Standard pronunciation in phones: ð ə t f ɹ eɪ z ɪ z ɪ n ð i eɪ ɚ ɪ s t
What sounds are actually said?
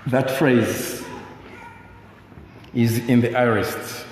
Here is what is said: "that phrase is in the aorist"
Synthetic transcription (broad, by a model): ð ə t f ɹ eɪ z ɪ z ɪ n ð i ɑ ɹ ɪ s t